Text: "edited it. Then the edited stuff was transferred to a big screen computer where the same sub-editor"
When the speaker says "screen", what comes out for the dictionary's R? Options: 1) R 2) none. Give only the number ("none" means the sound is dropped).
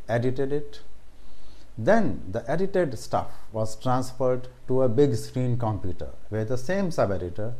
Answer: 1